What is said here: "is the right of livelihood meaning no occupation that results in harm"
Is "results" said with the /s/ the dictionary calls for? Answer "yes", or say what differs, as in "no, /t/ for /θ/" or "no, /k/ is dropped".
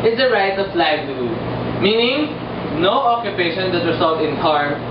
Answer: no, /s/ is dropped